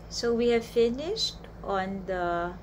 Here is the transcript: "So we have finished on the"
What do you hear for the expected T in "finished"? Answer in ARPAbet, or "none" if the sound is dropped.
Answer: T